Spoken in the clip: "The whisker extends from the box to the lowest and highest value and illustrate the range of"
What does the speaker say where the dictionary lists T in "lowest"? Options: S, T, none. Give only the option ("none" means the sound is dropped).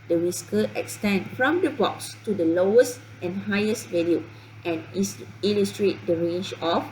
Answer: T